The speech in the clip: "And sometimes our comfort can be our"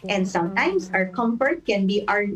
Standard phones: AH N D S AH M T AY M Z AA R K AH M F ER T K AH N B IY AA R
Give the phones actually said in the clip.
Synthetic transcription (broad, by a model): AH N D S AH M T AY M S AA R K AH M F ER T K AH N B IY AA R